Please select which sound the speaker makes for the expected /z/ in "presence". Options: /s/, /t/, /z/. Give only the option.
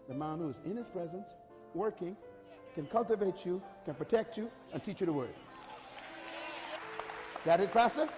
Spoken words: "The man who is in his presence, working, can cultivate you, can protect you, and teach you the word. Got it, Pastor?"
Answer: /z/